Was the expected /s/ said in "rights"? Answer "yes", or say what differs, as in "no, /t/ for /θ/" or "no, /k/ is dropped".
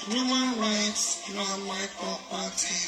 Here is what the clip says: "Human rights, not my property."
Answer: yes